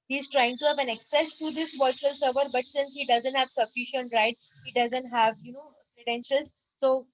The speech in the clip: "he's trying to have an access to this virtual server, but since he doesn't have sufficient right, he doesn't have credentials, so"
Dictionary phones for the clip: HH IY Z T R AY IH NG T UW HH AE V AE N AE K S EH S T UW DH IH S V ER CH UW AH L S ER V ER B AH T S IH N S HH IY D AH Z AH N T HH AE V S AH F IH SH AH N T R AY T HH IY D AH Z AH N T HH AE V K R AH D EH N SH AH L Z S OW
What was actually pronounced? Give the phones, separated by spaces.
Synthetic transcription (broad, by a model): HH IY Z T R AY IH NG T UW HH AE V AE N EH K S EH S T UW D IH S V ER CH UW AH L S ER V ER B AH T S IH N S HH IY D AH Z AH N T HH AE V S AH F IH SH AH N T R AY T HH IY D AH Z AH N T HH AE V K R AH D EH N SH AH L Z S OW